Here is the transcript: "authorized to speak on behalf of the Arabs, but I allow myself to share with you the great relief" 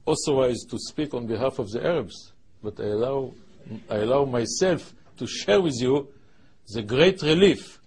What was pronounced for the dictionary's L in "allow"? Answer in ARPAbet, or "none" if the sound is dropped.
L